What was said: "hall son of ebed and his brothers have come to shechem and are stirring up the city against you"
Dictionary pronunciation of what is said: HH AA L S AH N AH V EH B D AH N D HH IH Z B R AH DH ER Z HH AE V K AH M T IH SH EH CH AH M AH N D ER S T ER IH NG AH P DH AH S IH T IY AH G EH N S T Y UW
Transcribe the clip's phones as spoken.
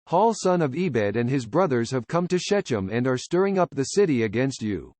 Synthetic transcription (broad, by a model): HH AA L S AH N AH V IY B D AH N D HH IH Z B R AH DH ER Z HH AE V K AH M T IH SH EH CH AH M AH N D ER S T ER IH NG AH P DH AH S IH T IY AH G EH N S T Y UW